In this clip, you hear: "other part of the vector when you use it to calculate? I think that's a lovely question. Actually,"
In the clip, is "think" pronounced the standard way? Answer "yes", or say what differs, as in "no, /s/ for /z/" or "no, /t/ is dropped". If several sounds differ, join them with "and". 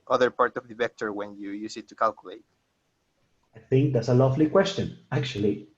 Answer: yes